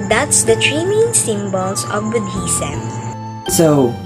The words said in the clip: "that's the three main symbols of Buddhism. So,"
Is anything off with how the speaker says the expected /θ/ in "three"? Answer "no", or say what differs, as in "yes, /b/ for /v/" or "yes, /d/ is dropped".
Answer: yes, /t/ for /θ/